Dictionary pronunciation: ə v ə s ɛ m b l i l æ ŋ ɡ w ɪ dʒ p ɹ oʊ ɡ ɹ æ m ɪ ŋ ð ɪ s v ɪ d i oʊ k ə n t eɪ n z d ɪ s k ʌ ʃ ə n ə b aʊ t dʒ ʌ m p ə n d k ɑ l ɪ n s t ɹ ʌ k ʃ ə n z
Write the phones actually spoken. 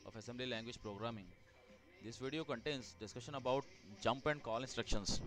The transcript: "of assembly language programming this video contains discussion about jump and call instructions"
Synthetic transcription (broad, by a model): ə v ə s ɛ m b l i l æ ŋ ɡ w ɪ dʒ p ɹ oʊ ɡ ɹ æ m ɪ ŋ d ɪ s v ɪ d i oʊ k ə n t eɪ n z d ɪ s k ʌ ʃ ə n ə b aʊ t dʒ ʌ m p ə n d k ɑ l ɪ n s t ɹ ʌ k ʃ ə n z